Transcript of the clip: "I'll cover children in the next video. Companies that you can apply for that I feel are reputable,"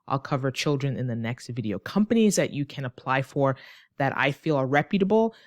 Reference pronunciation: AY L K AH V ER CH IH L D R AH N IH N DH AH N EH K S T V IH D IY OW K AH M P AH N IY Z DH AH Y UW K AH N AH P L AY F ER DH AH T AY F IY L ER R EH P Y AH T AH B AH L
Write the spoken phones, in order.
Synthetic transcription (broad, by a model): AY L K AH V ER CH IH L D R AH N IH N DH AH N EH K S T V IH D IY OW K AH M P AH N IY Z DH AH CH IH K AH N AH P L AY F ER DH AH T AY F IY L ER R EH P Y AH T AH B L